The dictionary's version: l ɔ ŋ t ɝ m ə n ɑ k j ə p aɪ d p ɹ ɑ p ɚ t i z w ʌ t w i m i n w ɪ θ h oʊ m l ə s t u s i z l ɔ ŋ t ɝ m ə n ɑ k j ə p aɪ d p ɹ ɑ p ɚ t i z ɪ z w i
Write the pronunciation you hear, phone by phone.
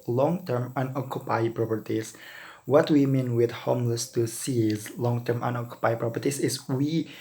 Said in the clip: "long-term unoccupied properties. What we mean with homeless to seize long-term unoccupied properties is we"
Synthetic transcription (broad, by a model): l ɔ ŋ t ɝ m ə n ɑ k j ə p aɪ p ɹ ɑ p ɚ t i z w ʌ t w i m i n w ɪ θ h oʊ m l ə s t u s i z l ɔ ŋ t ɝ m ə n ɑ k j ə p aɪ p ɹ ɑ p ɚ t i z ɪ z w i